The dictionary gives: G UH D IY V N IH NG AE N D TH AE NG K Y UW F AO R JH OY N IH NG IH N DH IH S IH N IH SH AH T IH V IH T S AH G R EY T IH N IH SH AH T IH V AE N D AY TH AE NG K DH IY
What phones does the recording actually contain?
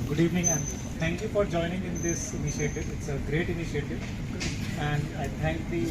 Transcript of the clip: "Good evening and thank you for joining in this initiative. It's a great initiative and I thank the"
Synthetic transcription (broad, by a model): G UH D IY V N IH NG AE N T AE NG K Y UW F AO R JH OY N IH NG IH N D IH S IH N IH SH AH T IH V IH T S AH G R EY T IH N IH SH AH T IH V AE N D AY T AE NG K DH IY